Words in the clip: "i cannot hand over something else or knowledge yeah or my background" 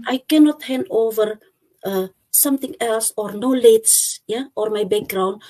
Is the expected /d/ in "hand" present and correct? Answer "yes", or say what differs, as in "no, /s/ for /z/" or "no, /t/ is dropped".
no, /d/ is dropped